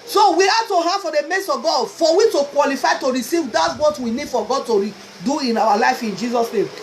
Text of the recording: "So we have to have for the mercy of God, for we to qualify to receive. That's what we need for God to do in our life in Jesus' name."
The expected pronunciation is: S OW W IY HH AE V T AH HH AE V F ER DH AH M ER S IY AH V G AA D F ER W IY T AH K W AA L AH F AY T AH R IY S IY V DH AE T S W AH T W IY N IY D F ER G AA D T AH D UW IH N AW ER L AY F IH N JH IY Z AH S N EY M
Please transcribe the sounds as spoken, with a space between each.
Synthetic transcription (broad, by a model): S OW W IY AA T AH HH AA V F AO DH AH M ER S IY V G AA D F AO W IY T AH K W AA L AH F AY T AH R IY S IY V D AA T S W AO T W IY N IY D F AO G AA D T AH D UW IH N AW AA L AY F IH N JH IY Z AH S N EY M